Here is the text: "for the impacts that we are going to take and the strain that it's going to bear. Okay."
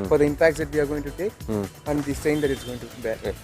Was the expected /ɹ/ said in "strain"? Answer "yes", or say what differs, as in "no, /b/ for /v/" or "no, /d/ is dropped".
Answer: no, /ɹ/ is dropped